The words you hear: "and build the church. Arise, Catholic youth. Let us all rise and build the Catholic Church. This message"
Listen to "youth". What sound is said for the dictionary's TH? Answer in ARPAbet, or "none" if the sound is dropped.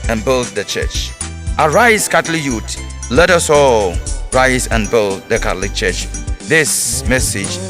T